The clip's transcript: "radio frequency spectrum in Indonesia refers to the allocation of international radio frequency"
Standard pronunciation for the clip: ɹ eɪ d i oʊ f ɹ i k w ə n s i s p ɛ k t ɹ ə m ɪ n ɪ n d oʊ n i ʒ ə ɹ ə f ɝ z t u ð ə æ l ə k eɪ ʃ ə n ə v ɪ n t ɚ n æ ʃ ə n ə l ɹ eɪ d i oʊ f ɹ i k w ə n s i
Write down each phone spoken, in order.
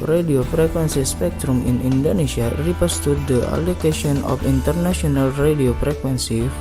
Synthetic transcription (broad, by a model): ɹ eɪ d i oʊ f ɹ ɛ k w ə n s i s p ɛ k t ɹ ə m ɪ n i n d oʊ n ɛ s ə ɹ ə p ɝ s t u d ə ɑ l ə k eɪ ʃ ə n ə f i n t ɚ n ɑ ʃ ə n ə l ɹ eɪ d i oʊ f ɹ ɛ k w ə n s i